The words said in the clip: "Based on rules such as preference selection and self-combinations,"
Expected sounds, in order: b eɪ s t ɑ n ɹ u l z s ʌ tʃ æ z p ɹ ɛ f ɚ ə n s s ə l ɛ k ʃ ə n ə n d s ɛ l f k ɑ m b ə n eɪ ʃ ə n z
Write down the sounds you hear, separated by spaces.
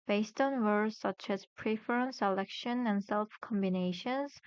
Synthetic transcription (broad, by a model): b eɪ s t ɑ n w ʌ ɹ s ʌ tʃ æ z p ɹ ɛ f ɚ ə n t s ə l ɛ k ʃ ə n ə n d s ɛ l f k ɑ m b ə n eɪ ʃ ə n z